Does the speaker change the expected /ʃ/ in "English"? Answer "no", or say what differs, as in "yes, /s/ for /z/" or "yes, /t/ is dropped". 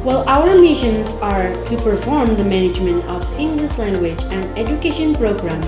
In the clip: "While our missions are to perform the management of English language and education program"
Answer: yes, /s/ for /ʃ/